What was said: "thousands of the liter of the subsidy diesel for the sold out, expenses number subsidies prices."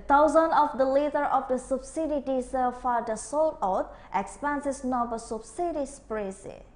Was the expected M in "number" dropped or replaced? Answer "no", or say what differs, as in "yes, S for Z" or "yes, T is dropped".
yes, M is dropped